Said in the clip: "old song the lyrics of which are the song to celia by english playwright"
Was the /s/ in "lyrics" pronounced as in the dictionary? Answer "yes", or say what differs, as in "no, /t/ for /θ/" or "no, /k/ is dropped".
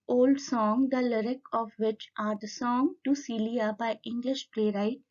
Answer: no, /s/ is dropped